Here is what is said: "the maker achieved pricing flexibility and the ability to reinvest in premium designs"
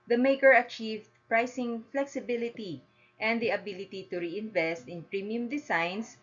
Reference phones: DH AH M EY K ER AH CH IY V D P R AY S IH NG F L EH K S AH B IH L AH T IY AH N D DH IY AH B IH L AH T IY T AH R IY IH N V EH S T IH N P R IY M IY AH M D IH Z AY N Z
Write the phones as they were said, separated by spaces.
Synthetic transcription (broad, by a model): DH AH M EY K ER AH CH IY V D P R AY S IH NG F L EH K S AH B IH L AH T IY AH N D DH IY AH B IH L AH T IY T AH R IY IH N V EH S T IH N P R IY M IY AH M D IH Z AY N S